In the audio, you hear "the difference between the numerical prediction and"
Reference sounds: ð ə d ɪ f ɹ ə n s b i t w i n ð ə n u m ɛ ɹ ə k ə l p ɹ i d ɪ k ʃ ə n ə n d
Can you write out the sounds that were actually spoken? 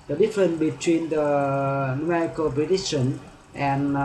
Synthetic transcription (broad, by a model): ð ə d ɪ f ɹ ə n b i t w i n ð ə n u m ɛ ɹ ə k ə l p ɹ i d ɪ ʃ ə n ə n